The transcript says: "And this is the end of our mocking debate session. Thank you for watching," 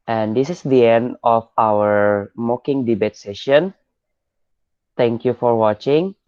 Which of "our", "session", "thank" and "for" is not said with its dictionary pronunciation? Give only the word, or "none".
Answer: thank